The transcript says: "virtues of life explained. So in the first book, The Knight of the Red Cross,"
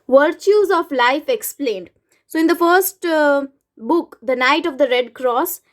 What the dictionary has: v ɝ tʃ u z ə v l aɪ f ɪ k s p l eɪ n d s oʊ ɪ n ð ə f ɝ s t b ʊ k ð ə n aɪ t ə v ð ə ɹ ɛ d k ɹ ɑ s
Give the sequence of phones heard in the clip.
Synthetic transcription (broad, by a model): v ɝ tʃ u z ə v l aɪ f ɪ k s p l eɪ n d s oʊ ɪ n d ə f ɝ s t b ʊ k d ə n aɪ t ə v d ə ɹ ɛ d k ɹ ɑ s